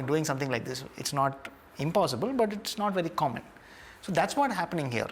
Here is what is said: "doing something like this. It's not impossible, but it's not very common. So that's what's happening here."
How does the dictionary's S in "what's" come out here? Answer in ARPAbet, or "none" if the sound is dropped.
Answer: none